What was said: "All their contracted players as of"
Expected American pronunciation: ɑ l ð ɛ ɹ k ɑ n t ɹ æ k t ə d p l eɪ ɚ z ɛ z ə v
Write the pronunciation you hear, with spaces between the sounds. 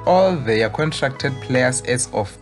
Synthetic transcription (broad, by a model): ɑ l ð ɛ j k ɑ n t ɹ æ k t ə d p l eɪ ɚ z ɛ s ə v